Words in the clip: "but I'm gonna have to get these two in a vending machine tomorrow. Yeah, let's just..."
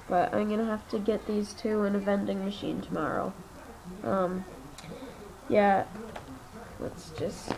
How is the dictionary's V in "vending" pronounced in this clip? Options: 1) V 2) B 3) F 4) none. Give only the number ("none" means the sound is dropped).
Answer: 1